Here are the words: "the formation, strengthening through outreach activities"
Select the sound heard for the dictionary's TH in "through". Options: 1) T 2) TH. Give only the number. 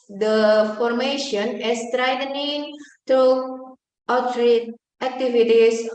1